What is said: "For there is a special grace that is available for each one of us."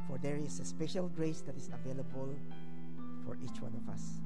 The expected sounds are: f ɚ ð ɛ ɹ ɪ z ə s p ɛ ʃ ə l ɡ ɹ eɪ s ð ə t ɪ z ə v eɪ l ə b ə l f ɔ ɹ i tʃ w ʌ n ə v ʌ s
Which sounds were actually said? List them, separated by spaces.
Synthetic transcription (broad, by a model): f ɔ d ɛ ɹ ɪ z ə s p ɛ ʃ ə l ɡ ɹ eɪ s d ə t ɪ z ə v eɪ l ə b ə l f ɔ ɹ i tʃ w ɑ n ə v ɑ s